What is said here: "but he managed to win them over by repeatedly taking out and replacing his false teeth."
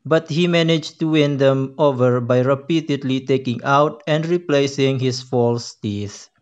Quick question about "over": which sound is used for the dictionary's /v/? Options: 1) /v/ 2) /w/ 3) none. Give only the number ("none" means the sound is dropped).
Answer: 1